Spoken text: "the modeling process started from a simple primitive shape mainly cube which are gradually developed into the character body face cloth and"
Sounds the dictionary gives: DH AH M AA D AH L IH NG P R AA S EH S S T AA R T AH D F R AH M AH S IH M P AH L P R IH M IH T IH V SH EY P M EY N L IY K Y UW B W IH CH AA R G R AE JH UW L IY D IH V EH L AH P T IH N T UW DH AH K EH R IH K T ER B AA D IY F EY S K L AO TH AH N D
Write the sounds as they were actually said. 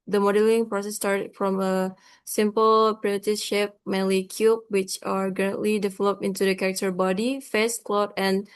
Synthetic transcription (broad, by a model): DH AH M AA D AH L IH NG P R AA S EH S S T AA R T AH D F R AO M AH S IH M P AH L P R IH IH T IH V SH EY P M EY N L IY K Y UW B W IH CH AA R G R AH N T L IY D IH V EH L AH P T IH N T UW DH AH K EH R IH K T ER B AA D IY F EY S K L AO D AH N